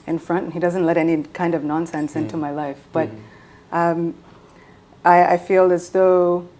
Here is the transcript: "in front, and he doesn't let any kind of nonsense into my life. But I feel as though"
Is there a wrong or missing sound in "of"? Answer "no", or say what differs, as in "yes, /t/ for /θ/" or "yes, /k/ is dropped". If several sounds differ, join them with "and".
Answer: no